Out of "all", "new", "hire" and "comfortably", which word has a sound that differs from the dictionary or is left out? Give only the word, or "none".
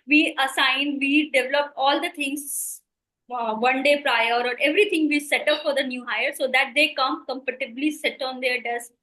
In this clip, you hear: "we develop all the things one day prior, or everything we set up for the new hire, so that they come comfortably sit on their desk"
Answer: comfortably